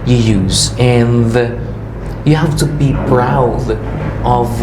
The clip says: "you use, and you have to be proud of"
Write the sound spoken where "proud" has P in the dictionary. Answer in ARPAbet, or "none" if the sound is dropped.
B